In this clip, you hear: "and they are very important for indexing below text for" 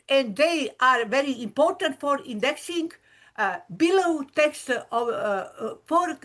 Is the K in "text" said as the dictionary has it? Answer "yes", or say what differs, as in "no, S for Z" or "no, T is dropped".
yes